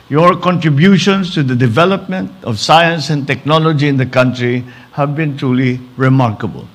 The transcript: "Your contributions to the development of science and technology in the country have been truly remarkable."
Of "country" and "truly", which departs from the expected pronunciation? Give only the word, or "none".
none